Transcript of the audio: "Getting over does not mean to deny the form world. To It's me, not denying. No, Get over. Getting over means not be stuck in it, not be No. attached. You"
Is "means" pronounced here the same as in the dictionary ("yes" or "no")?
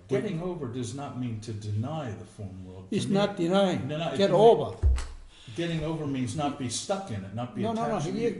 yes